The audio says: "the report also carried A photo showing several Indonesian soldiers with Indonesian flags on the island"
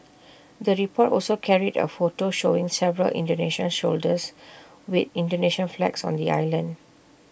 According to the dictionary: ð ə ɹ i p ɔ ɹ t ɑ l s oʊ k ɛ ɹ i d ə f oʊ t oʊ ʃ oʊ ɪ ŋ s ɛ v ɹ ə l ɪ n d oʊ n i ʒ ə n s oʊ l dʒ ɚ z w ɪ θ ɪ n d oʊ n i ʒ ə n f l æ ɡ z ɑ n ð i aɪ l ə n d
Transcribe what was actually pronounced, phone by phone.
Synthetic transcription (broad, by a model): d ə ɹ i p ɔ t ɑ l s oʊ k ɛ ɹ i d ə f oʊ t oʊ ʃ oʊ ɪ ŋ s ɛ v ɹ ə l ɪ n d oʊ n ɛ ʃ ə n ʃ oʊ l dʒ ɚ s w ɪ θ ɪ n d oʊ n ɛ ʃ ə n f l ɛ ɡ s ɑ n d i aɪ l ə n d